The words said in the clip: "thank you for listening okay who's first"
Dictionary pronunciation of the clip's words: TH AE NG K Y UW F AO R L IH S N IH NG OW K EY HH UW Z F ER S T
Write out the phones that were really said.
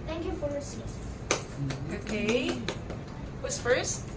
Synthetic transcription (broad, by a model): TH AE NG K Y UW F AO R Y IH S IH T OW K EY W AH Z F ER S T